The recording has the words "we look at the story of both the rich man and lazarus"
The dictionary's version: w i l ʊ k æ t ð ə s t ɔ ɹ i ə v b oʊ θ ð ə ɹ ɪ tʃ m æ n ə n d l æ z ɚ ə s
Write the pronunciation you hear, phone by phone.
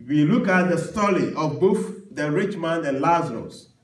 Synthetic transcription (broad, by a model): w i l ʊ k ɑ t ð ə s t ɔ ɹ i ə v b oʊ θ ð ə ɹ ɪ tʃ m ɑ n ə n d l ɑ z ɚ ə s